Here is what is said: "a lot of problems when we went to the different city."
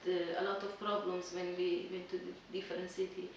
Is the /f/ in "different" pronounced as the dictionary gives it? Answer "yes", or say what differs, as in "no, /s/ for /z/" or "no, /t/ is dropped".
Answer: no, /f/ is dropped